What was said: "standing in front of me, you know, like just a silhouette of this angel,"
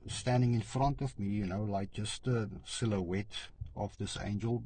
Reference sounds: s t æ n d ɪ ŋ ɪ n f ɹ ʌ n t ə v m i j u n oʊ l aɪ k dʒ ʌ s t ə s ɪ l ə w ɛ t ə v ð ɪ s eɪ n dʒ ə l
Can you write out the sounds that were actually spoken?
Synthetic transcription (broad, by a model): s t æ n d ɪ ŋ ɪ n f ɹ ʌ n t ə v m i j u n oʊ l aɪ k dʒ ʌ s t ə s ɪ l ə w ɛ t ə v ð ɪ s eɪ n dʒ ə l